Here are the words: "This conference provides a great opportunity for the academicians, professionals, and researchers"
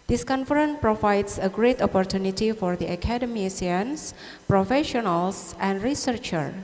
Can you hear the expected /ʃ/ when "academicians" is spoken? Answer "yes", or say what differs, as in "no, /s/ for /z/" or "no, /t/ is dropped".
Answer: no, /s/ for /ʃ/